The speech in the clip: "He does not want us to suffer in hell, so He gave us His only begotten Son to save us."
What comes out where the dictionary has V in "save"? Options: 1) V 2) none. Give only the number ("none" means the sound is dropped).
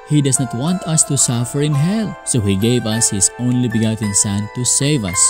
1